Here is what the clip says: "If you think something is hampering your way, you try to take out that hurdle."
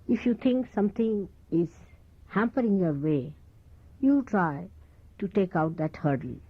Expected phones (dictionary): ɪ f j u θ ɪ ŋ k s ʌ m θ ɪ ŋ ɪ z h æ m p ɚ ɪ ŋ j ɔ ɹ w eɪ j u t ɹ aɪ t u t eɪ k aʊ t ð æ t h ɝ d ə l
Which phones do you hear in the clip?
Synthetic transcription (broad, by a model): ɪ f j u t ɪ ŋ k s ʌ m t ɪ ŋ ɪ z h æ m p ɚ ɪ ŋ j ɔ ɹ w eɪ j u t ɹ aɪ t u t eɪ k aʊ t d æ t h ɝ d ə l